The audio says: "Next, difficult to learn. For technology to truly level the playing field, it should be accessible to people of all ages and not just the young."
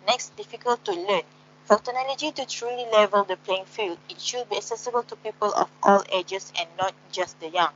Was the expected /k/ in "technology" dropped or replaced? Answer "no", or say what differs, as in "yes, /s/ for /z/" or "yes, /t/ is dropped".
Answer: yes, /k/ is dropped